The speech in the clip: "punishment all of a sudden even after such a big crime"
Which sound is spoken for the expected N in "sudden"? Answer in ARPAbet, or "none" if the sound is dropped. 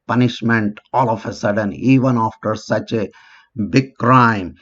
N